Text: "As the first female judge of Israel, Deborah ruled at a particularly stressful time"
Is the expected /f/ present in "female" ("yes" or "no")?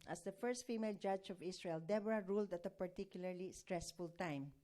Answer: yes